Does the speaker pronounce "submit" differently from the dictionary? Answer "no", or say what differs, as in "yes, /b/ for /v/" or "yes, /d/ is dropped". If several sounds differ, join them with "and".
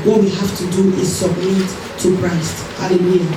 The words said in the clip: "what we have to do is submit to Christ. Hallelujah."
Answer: no